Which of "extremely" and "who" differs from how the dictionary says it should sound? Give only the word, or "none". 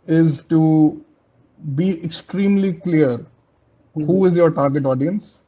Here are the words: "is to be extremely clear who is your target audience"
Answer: none